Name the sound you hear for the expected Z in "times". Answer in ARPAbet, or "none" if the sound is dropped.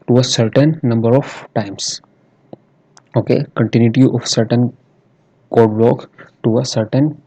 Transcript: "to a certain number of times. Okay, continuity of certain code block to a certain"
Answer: S